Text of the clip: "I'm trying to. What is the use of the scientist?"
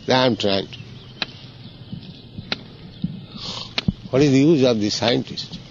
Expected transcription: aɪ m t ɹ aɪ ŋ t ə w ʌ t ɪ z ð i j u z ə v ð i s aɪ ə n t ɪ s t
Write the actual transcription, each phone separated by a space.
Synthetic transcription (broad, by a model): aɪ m t ɹ aɪ ŋ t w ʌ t ɪ z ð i j u z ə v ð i s aɪ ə n t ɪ s t